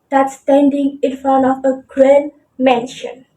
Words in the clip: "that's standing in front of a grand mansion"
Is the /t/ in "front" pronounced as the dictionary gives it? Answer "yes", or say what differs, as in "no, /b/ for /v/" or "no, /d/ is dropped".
no, /t/ is dropped